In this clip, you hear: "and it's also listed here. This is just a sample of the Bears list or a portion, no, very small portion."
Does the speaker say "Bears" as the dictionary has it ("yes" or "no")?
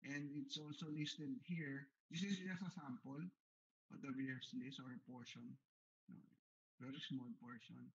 no